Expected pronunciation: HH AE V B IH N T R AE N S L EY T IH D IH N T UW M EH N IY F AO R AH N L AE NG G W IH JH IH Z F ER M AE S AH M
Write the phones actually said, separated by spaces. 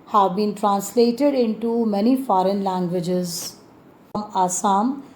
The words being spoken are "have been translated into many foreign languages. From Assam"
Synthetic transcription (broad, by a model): HH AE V B IH N T R AE N S L EY T IH D IH N T UW M EH N IY F AO R AH N L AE NG G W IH JH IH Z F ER M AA S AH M